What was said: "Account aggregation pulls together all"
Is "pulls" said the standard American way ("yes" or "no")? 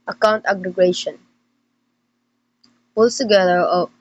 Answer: no